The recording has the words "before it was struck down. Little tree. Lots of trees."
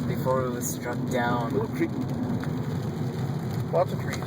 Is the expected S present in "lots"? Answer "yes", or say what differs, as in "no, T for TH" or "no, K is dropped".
no, S is dropped